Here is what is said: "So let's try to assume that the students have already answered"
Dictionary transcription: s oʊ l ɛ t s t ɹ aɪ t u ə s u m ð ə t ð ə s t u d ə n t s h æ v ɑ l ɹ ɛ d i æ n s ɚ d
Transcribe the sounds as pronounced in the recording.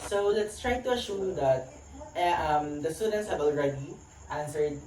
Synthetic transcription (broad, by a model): s oʊ l ɛ t s t ɹ aɪ t u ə ʃ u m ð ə t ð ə s t u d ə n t s h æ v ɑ l ɹ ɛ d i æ n s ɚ d